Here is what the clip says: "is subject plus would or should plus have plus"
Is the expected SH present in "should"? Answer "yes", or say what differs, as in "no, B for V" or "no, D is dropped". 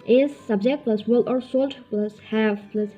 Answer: no, S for SH